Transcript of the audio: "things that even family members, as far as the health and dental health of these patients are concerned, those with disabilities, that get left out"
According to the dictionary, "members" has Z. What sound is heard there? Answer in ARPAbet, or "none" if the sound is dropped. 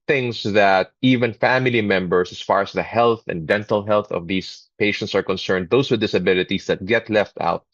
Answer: S